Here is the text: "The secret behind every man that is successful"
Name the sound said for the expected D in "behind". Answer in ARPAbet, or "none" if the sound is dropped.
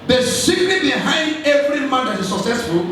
D